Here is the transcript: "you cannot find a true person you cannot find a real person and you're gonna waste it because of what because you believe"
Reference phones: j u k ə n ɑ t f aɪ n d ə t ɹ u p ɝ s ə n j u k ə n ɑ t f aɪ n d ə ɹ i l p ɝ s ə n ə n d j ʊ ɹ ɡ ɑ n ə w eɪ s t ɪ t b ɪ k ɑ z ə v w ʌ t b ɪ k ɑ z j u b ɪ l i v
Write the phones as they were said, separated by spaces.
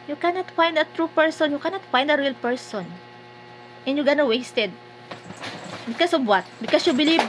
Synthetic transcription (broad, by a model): j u k ə n ɑ t f aɪ n d ə t ɹ u p ɝ s ə n j u k ə n ɑ t f aɪ n d ə ɹ i l p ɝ s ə n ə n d j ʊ ɡ ɑ n ə w eɪ s t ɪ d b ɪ k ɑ s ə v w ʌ t b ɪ k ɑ s j u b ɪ l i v